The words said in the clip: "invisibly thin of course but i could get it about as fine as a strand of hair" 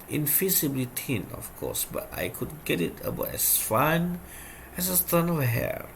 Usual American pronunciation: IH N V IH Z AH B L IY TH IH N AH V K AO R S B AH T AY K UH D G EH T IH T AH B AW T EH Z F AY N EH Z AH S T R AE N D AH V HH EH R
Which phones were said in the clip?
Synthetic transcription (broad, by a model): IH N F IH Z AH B L IY T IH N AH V K AO S B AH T AY K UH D G EH T IH T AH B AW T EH S F AY N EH S AH S T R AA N AH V HH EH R